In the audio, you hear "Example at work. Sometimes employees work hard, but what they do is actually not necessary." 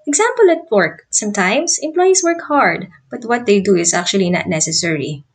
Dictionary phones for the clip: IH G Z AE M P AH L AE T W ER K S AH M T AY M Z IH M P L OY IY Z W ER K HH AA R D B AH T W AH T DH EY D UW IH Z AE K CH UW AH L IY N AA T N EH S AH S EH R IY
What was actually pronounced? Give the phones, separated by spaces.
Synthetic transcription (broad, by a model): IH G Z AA M P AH L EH T W ER K S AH M T AY M S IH M P L OY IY S W ER K HH AA R D B AH T W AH T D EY D UW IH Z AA K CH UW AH L IY N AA T N EH S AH S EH R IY